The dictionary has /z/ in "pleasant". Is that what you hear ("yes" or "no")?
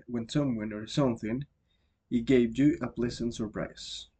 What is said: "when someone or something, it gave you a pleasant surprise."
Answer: no